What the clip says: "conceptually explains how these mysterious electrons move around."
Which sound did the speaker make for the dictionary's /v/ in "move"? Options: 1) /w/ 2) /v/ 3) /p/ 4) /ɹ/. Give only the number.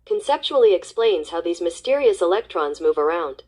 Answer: 2